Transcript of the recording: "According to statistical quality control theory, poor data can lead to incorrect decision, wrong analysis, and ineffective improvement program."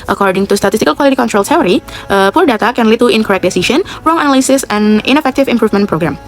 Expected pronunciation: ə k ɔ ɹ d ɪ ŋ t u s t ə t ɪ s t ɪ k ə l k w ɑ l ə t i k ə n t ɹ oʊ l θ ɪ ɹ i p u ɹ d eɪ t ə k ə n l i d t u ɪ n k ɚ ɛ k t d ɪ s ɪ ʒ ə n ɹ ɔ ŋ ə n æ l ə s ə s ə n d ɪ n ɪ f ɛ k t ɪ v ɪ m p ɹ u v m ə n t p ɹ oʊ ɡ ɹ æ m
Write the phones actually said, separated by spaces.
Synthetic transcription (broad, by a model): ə k ɔ ɹ d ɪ ŋ t u s t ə t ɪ s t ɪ k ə l k w ɑ l ə t i k ə n t ɹ oʊ l s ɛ ɹ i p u ɹ d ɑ t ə k ə n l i t u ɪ n k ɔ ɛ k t d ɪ s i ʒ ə n ɹ ɔ ŋ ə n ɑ l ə s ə s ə n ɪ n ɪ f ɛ k t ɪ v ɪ m p ɹ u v m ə n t p ɹ oʊ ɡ ɹ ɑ m